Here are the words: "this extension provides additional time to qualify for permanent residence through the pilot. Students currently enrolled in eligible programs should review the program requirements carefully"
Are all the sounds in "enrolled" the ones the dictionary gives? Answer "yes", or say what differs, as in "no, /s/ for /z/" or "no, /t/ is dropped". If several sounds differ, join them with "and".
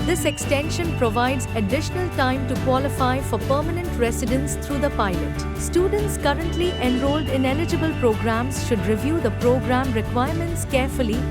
yes